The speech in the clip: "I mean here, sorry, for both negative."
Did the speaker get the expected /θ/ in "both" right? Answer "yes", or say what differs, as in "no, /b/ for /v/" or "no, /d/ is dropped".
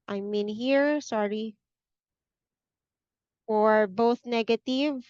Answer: yes